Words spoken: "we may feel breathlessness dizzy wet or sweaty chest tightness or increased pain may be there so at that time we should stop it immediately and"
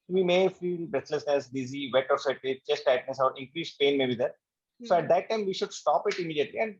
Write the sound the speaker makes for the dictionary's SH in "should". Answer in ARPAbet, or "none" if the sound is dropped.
SH